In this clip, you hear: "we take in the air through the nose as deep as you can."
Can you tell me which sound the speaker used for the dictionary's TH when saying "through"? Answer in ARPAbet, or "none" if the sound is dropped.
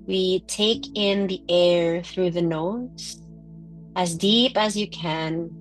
TH